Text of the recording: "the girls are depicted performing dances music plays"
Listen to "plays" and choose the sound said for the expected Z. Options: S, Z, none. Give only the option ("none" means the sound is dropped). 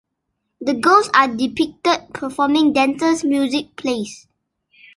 S